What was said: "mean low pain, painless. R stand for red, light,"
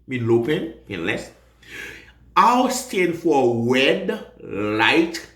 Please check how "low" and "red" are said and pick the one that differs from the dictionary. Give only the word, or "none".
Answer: red